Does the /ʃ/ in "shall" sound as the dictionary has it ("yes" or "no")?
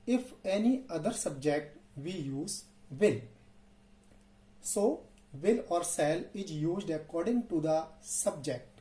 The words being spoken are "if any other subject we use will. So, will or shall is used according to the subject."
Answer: no